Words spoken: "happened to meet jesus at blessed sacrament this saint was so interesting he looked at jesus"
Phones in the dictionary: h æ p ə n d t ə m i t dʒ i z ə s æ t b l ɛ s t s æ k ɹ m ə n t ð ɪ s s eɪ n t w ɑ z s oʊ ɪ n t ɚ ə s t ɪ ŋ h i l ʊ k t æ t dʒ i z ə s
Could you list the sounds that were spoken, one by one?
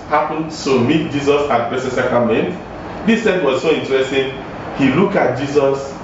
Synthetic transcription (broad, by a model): h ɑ p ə n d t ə m i t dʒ i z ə s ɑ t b ɛ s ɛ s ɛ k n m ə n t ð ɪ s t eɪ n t w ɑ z s oʊ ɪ n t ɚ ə s t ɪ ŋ h i l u k ɑ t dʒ i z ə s